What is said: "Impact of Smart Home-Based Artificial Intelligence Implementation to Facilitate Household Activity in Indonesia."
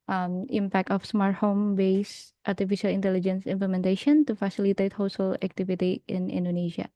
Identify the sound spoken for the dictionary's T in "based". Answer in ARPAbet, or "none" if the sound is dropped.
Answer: T